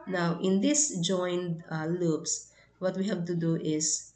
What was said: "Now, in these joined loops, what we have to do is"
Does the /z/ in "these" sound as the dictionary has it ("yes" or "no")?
no